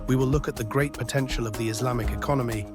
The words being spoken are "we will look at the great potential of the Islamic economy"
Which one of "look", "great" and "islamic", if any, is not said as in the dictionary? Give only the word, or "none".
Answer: none